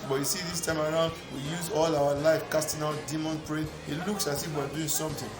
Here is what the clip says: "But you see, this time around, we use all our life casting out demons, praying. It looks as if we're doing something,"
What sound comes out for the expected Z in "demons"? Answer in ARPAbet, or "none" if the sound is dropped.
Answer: none